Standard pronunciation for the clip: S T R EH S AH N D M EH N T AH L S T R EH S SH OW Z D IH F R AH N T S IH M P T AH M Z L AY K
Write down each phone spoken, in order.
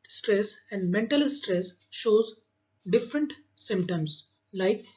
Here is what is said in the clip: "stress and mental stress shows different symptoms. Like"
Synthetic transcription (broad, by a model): S T R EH S AH N D M EH N T AH L S T R EH S SH OW Z D IH F R AH N T S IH M P T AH M S L AY K